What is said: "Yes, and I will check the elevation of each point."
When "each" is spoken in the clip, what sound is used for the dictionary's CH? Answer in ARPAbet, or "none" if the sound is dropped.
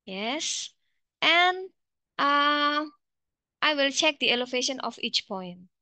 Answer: CH